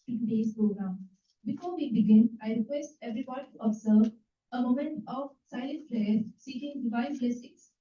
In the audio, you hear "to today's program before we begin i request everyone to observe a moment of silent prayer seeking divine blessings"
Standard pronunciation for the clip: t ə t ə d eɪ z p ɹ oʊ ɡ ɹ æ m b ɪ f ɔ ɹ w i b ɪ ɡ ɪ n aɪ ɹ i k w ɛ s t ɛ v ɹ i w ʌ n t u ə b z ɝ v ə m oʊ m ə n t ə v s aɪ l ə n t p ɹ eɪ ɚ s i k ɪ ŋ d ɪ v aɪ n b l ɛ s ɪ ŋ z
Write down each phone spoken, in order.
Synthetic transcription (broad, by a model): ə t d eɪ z p ɹ oʊ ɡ ɹ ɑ m b ɪ f ɔ ɹ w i b ɪ ɡ ɪ n aɪ ɹ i k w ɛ s t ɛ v ɹ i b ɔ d t u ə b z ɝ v ə m oʊ m ə n t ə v s aɪ l ə n t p l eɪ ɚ s i k ɪ ŋ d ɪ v aɪ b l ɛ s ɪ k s